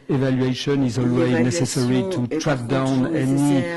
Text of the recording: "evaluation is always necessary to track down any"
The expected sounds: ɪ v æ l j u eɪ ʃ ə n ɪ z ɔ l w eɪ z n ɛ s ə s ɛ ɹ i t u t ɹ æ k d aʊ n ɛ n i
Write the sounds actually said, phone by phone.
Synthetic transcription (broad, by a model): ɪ v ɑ l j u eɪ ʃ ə n ɪ z ɔ l w eɪ z n ɛ s ə s ɛ ɹ i t u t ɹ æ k d aʊ n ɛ n i